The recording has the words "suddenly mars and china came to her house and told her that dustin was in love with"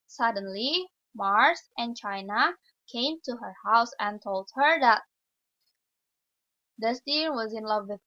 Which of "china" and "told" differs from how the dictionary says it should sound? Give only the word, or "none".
none